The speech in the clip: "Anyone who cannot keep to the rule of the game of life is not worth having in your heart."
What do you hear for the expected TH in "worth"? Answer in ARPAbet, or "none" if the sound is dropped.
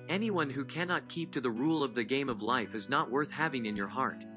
TH